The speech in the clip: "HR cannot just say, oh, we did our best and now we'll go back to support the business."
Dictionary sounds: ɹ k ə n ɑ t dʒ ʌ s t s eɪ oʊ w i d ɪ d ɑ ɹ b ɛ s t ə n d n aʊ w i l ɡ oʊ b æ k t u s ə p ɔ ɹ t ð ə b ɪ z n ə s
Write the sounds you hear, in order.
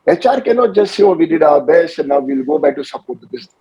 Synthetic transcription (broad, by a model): ɹ k ə n ɑ t dʒ ʌ s t s eɪ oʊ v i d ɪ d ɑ b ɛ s ə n n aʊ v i l ɡ oʊ b æ k t u s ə p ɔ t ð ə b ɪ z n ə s